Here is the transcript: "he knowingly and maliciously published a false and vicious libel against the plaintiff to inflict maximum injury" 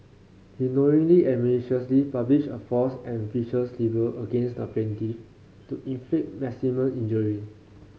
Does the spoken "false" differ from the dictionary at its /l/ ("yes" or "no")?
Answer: yes